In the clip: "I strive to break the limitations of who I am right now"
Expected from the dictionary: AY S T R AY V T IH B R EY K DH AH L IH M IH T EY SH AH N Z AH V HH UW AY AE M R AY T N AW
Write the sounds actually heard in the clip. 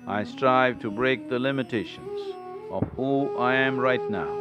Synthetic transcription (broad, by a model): AY S T R AY V T IH B R EY K DH AH L IH M IH T EY SH AH N Z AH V HH UW AY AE M R AY T N AW